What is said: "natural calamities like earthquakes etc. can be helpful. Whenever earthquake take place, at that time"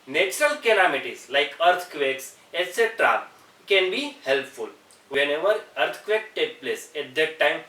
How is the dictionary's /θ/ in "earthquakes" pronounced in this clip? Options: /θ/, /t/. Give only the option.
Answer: /t/